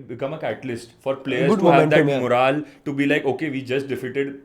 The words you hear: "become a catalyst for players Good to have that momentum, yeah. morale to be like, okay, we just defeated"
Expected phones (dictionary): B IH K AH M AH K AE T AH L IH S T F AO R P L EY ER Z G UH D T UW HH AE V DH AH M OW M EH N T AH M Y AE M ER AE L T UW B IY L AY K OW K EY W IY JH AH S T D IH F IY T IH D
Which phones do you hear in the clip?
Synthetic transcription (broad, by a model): B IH K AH M AH K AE T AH L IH S T F AO R P L EY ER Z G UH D T UW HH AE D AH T M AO T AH L T UW B IY L AY K OW K EY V IY JH AH S T D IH F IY T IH D